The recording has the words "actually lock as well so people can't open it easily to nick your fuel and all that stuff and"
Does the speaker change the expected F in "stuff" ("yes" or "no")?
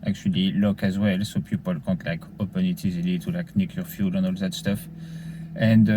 no